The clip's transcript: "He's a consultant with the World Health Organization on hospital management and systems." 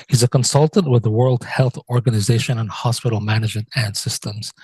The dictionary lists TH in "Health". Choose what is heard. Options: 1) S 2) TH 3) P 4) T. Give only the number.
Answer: 2